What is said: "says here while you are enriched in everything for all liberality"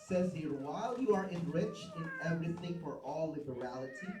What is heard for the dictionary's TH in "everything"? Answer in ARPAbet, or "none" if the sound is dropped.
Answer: TH